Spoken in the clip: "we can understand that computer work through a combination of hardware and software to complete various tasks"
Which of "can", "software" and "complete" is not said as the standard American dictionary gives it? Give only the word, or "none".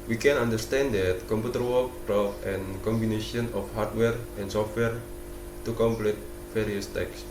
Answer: none